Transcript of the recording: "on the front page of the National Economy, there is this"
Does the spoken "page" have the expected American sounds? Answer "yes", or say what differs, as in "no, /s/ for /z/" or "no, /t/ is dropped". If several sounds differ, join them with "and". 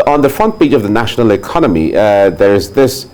no, /b/ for /p/ and /tʃ/ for /dʒ/